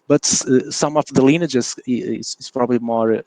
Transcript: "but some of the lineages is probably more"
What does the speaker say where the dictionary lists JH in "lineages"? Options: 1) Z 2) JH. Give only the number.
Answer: 1